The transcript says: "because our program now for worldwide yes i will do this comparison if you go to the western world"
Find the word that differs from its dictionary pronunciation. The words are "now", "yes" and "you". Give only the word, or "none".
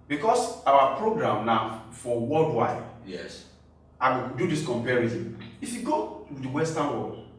now